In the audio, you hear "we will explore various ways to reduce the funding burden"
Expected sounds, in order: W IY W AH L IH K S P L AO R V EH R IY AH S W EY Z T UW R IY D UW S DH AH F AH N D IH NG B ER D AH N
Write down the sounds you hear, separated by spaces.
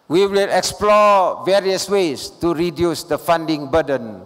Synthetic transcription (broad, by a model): W IY W AH L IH K S P L AO V EH R IY AH S W EY S T UW R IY D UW S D AH F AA N D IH NG B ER D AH N